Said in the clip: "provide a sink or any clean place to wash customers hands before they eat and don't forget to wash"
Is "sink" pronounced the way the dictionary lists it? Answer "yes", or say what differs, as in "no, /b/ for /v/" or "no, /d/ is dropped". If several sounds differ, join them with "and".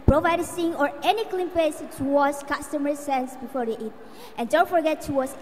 no, /k/ is dropped